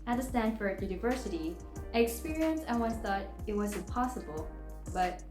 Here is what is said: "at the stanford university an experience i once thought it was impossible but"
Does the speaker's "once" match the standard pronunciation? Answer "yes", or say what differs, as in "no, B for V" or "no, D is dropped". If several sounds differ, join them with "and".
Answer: no, S is dropped